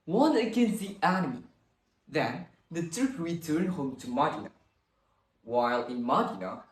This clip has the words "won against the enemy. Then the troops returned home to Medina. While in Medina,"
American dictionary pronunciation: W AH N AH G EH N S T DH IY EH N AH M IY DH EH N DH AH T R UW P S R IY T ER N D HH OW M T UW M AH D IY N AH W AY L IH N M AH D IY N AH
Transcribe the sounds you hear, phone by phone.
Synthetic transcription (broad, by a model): W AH N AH G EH N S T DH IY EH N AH M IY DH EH N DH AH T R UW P R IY T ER N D HH OW M T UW M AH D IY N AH W AY L IH N M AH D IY N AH